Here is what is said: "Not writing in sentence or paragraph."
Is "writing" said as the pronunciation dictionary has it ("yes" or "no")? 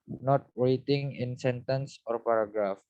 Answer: no